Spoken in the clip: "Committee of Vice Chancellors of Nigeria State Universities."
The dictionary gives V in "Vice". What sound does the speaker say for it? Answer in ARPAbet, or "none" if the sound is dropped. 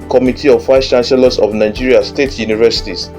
F